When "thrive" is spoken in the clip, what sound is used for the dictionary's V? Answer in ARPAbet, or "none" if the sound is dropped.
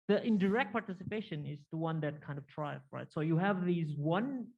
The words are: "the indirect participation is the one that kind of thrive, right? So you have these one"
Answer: F